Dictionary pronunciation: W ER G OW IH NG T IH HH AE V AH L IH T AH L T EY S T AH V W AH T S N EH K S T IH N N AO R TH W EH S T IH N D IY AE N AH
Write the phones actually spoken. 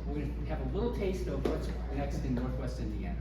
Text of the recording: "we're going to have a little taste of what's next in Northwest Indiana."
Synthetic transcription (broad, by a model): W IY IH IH V AH L IH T L T EY S T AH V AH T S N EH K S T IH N N AO R TH W EH S T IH N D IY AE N